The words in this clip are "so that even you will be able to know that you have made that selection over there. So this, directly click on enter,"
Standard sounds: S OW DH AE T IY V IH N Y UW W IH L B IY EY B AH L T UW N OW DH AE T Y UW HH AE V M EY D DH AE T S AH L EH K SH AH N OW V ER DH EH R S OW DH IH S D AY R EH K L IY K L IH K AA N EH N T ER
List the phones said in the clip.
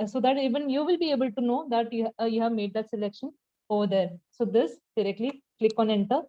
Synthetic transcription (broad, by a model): S OW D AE T IY V IH N Y UW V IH L B IY EY B AH L T UW N OW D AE T Y UW HH AE V M EY D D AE T S AH L EH K SH AH N OW V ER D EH R S OW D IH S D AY R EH K L IY K L IH K AA N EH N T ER